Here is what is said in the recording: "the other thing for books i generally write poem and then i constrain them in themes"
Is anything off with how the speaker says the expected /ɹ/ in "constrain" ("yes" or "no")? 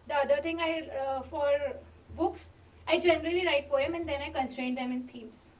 no